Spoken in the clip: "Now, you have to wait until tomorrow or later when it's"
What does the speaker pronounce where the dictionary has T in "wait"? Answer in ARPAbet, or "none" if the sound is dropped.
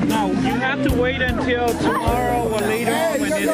T